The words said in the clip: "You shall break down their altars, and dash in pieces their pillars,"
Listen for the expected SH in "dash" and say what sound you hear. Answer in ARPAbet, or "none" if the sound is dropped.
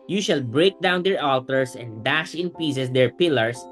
SH